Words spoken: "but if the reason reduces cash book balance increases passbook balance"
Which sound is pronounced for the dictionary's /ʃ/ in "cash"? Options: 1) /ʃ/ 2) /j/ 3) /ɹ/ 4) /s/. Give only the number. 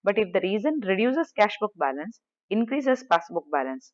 1